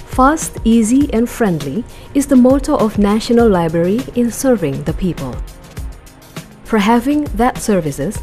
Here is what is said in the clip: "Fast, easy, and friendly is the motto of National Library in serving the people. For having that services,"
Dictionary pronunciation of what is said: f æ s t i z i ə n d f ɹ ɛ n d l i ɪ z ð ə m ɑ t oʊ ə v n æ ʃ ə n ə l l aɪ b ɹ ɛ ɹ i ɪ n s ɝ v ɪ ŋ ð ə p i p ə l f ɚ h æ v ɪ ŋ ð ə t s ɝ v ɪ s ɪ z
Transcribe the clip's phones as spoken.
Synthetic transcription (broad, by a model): f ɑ s t i z i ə n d f ɹ ɛ n d l i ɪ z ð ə m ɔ t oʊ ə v n æ ʃ ə n ə l l aɪ b ɹ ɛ ɹ i ɪ n s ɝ v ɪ ŋ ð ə p i p ə l f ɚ h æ v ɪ ŋ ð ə t s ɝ v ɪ s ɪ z